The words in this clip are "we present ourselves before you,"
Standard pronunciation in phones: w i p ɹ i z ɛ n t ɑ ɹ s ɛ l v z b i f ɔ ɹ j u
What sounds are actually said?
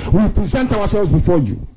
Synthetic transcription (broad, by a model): w i p ɹ i z ɛ n t ɑ w s ɛ l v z b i f ɔ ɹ j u